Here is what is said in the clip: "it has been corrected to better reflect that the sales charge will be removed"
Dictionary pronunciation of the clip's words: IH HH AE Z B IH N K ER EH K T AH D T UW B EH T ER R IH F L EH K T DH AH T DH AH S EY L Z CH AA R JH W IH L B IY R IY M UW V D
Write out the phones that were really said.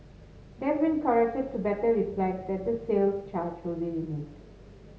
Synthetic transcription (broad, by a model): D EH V B IH N K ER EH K T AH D T UW B EH T ER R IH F L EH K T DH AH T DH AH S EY L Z CH AA R JH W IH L B IY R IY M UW D